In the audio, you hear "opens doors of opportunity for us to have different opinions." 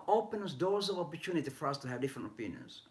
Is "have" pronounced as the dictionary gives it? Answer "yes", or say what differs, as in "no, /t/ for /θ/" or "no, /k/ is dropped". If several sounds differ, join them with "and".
yes